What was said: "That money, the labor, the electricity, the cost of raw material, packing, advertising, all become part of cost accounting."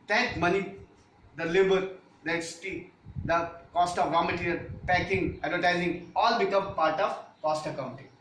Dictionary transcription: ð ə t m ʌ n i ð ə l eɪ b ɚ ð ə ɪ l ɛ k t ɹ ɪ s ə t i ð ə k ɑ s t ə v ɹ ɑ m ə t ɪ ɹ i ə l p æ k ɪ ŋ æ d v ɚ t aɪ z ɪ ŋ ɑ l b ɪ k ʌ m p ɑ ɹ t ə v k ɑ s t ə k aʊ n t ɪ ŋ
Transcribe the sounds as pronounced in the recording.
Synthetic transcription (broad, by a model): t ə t m ʌ n i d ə l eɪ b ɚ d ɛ t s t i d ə k ɑ s t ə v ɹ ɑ m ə t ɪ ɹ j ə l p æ k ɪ ŋ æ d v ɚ t aɪ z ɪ ŋ ɑ l b ɪ k ʌ m p ɑ ɹ t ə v k ɑ s t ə k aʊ n t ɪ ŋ